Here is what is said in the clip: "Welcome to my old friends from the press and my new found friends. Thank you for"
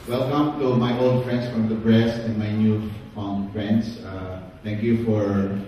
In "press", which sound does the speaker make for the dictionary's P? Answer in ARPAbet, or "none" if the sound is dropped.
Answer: B